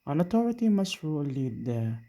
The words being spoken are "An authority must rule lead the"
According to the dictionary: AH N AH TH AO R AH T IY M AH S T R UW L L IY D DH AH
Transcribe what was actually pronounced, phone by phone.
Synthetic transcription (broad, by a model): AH N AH T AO R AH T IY M AH S T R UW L L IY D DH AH